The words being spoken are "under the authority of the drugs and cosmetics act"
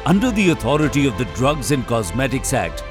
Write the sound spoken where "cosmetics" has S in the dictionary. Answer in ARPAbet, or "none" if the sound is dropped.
S